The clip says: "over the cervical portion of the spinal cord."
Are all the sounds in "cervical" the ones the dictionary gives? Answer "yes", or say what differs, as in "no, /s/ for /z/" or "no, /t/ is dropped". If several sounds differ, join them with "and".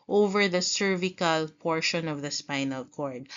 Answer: yes